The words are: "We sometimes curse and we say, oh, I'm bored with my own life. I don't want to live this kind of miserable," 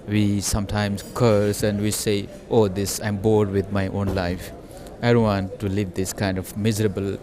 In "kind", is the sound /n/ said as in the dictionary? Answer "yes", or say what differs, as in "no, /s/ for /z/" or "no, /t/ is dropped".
yes